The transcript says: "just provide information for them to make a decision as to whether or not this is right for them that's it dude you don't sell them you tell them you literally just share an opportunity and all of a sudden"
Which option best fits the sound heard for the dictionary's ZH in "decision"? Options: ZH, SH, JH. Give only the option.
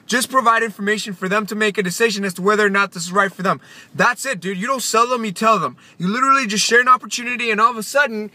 ZH